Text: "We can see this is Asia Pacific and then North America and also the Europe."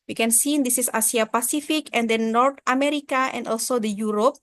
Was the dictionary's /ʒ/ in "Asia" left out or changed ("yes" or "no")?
yes